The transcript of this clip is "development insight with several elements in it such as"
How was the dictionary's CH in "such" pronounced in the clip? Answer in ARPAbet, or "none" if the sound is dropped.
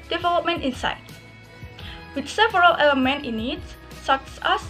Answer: S